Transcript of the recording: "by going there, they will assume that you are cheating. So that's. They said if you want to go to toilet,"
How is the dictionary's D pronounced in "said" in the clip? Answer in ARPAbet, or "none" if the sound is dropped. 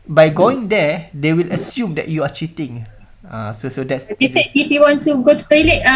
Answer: none